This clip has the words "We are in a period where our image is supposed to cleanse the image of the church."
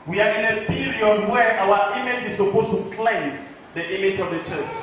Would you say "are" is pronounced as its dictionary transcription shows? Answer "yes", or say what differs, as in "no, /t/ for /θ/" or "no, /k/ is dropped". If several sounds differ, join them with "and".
yes